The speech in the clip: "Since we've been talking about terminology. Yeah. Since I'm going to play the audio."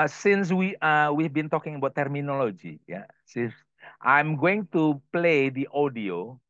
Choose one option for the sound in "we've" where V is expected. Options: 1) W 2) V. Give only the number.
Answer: 1